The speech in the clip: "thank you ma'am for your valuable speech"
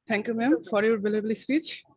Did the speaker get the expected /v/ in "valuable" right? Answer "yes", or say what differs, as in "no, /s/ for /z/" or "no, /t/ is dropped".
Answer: no, /b/ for /v/